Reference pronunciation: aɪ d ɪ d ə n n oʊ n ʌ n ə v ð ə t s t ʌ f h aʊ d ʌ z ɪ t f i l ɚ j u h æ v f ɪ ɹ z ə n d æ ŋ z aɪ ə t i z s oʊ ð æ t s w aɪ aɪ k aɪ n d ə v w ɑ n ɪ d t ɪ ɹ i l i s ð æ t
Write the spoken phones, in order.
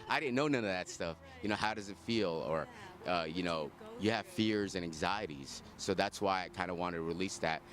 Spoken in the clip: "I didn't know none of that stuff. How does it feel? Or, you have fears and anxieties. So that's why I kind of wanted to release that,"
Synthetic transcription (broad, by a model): aɪ d ɪ d n n oʊ n ʌ n ə v ð ə t s t ʌ f h aʊ d ʌ z ɪ t f i l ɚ j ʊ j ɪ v f ɪ ɹ z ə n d æ ŋ z aɪ ə t i z s oʊ ð æ t s w aɪ aɪ k aɪ n d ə w ɑ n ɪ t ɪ ɹ i l i s ð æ t